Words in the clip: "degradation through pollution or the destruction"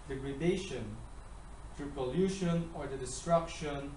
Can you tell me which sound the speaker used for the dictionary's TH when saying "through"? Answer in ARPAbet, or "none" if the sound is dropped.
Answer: T